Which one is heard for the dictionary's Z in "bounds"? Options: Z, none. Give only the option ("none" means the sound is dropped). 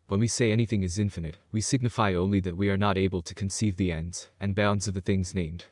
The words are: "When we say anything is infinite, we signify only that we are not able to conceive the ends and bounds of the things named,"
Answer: Z